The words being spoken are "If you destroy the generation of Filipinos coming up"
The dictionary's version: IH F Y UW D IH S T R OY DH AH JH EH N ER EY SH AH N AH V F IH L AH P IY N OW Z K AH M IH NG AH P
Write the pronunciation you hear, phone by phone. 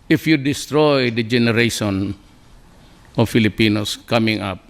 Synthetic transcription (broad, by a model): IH F Y UW D IH S T R OY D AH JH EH N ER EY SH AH N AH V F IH L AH P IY N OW S K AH M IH NG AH P